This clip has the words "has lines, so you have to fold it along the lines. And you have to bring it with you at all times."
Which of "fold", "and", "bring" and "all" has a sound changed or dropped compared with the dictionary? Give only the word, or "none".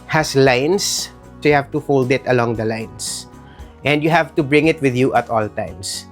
none